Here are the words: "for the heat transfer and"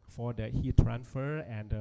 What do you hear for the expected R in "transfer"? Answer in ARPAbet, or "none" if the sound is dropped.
R